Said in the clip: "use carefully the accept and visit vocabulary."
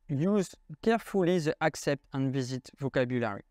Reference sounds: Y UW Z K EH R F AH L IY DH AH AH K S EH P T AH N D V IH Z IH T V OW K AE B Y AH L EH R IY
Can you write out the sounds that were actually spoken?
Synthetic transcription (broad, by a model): Y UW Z K EH R F AH L IY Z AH AH K S EH P T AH N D V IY Z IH T V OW K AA B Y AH L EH R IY